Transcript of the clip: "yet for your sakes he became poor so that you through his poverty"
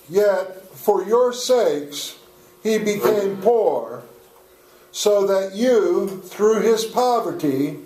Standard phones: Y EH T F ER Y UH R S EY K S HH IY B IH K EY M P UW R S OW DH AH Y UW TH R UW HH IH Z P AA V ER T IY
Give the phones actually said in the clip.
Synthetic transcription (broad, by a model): Y EH T F ER Y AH R S EY K S HH IY B IH K EY M P UW R S OW DH AH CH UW TH R UW IH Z P AA V ER T IY